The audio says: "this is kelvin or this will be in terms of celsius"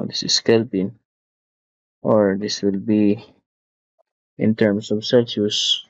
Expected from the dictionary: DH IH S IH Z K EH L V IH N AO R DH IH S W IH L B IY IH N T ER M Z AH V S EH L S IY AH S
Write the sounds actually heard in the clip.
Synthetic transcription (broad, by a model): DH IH S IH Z K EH L P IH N AO R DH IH S W IH L B IY IH N T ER M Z AH V S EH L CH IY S